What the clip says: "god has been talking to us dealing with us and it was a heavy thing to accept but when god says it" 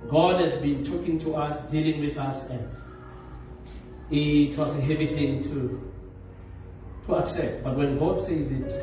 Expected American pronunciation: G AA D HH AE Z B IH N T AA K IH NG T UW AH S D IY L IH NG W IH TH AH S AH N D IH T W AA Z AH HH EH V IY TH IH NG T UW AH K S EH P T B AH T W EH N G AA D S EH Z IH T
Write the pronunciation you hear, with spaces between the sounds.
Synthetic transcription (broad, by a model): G AA D HH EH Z B IH N T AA K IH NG T UW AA S D IY L IH NG W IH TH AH S AH N D IH T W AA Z AH HH EH V IY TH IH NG T UW AH K S EH P T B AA T W EH N G AA D S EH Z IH T